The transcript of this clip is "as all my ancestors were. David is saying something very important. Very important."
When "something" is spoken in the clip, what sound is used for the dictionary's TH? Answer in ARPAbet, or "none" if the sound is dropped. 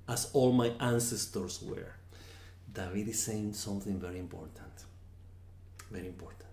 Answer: TH